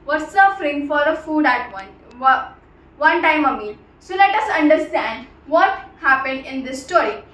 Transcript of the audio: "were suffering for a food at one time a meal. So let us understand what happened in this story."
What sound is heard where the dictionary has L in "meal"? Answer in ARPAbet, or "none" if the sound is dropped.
N